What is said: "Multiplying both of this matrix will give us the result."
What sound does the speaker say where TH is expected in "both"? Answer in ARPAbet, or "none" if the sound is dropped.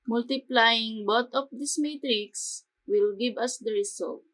T